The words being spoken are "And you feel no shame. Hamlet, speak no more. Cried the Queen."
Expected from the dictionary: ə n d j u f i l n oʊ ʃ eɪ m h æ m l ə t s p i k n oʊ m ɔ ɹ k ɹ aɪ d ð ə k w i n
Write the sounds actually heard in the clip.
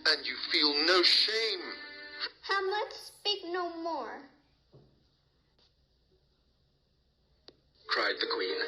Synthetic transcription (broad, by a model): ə n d j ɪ f i l n oʊ ʃ eɪ m h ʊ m ə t s p i k n oʊ m ɔ ɹ k ɹ aɪ d ð ə k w i n